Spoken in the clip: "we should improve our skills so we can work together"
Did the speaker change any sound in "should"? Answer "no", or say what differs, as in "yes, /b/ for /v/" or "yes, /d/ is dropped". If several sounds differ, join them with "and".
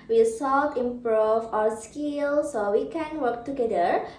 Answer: yes, /s/ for /ʃ/